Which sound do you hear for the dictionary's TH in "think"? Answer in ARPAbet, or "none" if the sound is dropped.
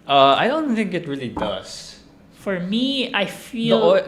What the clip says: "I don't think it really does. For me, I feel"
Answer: TH